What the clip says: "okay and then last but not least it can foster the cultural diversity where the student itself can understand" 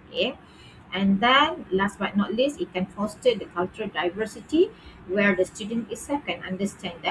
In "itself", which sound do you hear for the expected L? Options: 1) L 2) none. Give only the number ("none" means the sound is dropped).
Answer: 2